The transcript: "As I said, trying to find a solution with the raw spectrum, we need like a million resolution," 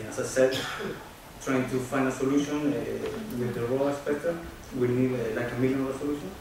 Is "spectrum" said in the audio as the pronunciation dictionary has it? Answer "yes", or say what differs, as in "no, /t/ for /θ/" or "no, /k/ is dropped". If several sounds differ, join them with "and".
no, /ɹ/ is dropped